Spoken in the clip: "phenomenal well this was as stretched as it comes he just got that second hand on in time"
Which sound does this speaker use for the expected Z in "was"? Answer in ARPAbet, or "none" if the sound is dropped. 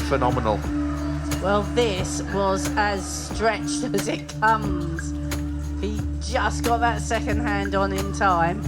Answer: Z